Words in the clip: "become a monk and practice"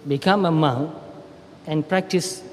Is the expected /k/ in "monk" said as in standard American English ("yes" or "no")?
no